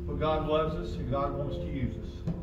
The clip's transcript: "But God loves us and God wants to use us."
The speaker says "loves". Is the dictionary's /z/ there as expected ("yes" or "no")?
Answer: yes